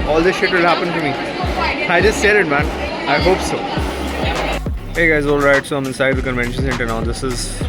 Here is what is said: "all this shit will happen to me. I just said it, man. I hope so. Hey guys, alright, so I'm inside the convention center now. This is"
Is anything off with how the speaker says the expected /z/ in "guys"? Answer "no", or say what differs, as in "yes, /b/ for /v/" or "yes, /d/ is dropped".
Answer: no